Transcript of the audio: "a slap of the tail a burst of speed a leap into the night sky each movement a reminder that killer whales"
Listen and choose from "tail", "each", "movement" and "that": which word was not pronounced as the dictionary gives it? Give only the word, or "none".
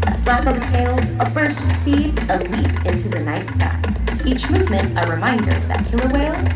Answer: none